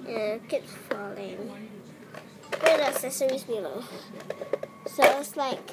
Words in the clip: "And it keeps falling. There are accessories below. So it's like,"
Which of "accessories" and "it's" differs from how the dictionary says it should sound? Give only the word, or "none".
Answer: accessories